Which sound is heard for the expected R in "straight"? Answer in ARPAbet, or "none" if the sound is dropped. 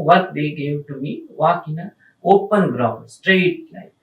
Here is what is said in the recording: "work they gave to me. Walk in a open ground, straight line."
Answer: R